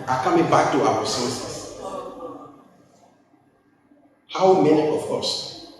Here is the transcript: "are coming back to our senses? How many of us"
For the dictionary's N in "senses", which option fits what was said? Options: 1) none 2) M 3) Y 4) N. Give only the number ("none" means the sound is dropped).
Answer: 1